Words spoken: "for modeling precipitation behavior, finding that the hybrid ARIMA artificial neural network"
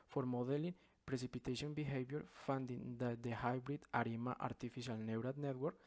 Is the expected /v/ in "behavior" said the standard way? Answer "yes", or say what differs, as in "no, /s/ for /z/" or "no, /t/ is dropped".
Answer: no, /b/ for /v/